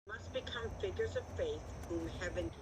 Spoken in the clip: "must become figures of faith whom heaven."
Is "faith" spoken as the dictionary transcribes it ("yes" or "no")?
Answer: yes